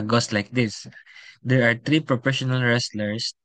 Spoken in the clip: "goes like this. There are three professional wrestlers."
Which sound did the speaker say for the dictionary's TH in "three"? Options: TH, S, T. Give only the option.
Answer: T